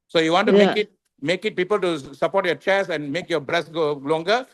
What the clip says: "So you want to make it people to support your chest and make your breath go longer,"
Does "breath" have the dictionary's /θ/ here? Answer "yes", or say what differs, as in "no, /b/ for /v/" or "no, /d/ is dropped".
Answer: no, /s/ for /θ/